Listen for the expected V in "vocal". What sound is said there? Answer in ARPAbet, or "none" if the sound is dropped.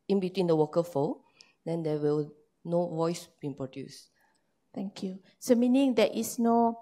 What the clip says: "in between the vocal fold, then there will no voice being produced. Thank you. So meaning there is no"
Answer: W